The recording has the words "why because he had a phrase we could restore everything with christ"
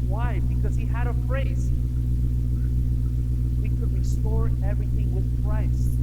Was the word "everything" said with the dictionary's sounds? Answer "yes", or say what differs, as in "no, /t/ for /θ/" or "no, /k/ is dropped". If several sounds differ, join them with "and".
yes